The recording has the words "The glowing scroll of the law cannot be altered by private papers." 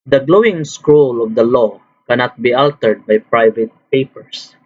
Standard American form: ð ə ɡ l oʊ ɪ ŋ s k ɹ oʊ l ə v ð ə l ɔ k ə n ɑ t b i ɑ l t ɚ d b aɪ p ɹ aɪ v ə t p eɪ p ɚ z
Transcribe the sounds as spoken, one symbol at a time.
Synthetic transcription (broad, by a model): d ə ɡ l oʊ ɪ ŋ s k ɹ oʊ l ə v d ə l ɔ k ə n ɑ t b i ɑ l t ɚ d b aɪ p ɹ aɪ v ə t p eɪ p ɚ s